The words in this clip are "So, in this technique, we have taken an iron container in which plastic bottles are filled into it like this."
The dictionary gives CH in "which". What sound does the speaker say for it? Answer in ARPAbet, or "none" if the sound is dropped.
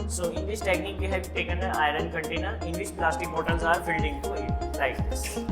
SH